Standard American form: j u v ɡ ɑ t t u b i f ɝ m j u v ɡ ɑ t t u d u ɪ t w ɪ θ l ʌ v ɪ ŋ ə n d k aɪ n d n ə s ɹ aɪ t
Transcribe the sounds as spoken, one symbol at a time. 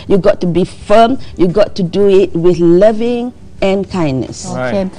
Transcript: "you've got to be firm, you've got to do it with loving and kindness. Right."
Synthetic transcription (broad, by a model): j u ɡ ɑ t t u b i f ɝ m j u ɡ ɑ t t u d u ɪ t w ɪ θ l ʌ v ɪ ŋ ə n k aɪ n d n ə s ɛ